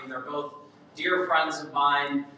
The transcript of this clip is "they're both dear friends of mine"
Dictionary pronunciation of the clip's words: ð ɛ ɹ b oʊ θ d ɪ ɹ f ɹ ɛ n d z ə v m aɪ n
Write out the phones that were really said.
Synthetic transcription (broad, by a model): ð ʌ ɹ b oʊ θ d ɪ ɹ f ɹ ɛ n d z ə v m aɪ n